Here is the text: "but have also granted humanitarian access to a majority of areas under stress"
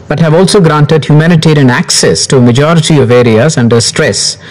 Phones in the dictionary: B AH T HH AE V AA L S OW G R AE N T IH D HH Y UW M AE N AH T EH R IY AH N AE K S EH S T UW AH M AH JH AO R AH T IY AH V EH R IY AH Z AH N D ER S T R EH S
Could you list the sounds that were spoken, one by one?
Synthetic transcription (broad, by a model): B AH T HH AE V AA L S OW G R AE N T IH D HH Y UW M AE N AH T EH R IY AH N AE K S EH S T UW AH M AH JH AO R AH T IY AH V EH R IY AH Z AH N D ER S T R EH S